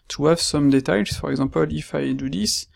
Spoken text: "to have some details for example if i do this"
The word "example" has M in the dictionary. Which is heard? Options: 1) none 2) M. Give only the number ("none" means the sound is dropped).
1